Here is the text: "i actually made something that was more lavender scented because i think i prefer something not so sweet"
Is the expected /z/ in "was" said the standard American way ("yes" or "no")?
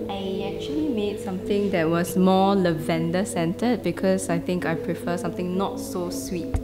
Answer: no